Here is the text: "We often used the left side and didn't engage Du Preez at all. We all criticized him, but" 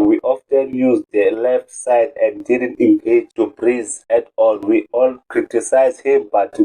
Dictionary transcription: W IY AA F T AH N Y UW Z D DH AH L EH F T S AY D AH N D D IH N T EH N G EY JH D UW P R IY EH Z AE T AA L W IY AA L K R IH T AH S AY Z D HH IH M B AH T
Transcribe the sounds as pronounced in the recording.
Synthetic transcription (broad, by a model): W IY AA F T AH N Y UW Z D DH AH L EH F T S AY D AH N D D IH N T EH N G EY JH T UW B R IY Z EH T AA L W IY AA L K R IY T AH S AY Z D HH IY M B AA T